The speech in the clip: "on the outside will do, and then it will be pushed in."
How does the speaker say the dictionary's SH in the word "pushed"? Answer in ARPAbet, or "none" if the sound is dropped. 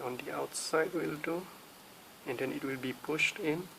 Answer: SH